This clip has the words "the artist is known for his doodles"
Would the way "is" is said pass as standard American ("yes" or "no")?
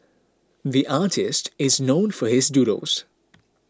yes